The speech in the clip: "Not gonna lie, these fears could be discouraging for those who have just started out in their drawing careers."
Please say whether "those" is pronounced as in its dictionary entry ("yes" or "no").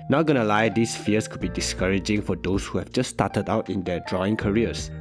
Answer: no